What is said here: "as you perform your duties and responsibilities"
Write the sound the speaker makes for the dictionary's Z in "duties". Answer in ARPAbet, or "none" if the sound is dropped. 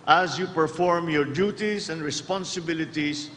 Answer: S